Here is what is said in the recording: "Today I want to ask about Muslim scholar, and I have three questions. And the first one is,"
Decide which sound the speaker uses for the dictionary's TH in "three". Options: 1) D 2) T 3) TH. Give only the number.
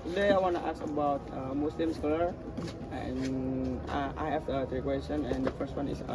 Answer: 2